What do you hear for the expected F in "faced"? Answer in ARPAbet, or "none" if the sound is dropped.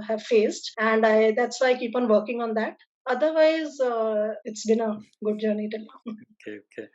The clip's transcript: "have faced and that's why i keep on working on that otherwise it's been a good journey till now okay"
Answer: F